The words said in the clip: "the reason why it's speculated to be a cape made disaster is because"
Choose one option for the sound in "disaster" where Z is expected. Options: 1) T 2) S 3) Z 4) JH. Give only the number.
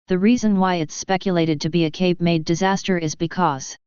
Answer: 3